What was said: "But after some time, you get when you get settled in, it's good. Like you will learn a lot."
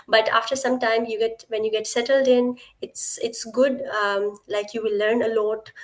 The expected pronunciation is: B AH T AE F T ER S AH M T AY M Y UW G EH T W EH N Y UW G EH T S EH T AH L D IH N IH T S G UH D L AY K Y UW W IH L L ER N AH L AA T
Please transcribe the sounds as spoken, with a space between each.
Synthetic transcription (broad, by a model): B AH T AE F T ER S AH M T AY M Y UW G EH T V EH N Y UW G EH T S EH T AH L D IH N IH T S G UH D L AY K Y UW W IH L L ER N AH L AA T